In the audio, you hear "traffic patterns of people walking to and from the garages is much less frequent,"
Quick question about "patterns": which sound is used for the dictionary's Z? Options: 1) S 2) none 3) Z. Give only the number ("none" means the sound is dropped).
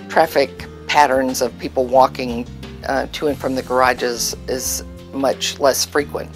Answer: 3